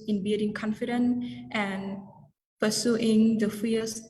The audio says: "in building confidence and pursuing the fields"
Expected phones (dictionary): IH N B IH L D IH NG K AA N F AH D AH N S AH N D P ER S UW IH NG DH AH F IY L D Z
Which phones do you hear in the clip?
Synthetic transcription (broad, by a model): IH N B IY D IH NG K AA N F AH D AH N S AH N P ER S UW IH NG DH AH F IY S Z